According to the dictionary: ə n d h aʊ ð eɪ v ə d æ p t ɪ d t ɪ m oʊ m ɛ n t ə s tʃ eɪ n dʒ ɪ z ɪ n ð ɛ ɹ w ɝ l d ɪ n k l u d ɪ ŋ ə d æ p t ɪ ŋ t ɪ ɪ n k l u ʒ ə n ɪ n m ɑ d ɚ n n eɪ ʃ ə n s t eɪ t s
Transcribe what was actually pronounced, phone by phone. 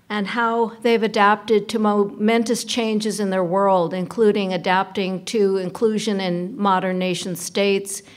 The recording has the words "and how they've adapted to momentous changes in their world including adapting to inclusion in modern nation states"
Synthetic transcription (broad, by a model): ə n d h aʊ ð eɪ v ə d æ p t ɪ d t ɪ m oʊ m ɛ n t ə s tʃ eɪ n dʒ ɪ z ɪ n ð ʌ ɹ w ɝ l d ɪ n k l u d ɪ ŋ ə d æ p t ɪ ŋ t ɪ ɪ n k l u ʒ ə n ɪ n m ɑ d ɚ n n eɪ ʃ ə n s t eɪ t s